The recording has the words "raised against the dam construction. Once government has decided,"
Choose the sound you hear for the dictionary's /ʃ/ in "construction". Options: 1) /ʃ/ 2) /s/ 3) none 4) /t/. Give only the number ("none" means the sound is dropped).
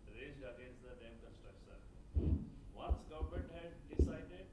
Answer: 2